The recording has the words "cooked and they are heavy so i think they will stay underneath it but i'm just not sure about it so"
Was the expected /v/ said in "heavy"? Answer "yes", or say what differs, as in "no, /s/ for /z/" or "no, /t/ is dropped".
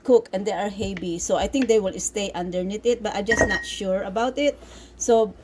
no, /b/ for /v/